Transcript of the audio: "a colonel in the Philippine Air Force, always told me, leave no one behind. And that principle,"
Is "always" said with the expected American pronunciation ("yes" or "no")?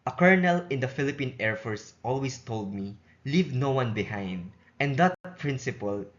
no